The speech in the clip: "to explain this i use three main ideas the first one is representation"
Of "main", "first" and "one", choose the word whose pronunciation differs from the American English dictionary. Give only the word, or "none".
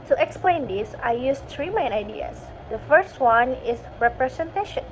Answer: none